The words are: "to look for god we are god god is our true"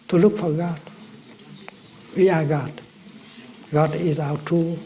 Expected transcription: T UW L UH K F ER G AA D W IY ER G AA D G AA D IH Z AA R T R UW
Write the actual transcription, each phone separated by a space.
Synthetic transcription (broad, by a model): T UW L UH K F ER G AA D W IY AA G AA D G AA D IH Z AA W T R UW